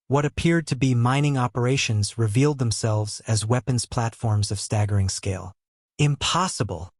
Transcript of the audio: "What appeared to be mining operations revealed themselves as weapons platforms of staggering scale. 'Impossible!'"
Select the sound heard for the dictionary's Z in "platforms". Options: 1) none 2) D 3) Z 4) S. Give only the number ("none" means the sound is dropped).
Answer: 3